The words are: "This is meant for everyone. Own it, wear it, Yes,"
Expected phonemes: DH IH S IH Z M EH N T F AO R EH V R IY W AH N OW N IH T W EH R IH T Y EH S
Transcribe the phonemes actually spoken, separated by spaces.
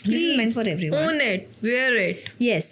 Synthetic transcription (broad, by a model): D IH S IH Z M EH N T F AO R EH V R IY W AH OW N IH T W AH R IH T Y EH S